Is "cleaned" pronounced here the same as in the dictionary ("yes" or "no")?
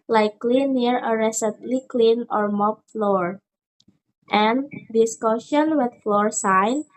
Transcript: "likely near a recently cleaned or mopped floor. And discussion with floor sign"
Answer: no